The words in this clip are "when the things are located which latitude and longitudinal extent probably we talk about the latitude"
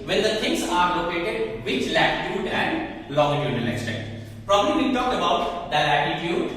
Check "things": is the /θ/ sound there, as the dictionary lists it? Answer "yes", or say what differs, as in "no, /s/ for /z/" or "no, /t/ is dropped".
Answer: no, /t/ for /θ/